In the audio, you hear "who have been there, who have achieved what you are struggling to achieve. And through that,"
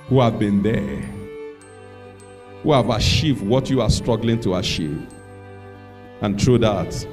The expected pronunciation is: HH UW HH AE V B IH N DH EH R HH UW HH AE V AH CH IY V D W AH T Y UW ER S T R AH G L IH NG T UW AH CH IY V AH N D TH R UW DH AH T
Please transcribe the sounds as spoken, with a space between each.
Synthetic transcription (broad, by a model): HH UW HH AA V B IH N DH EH HH UW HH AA V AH SH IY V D W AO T Y UW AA S T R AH G L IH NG T UW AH SH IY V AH N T R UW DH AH T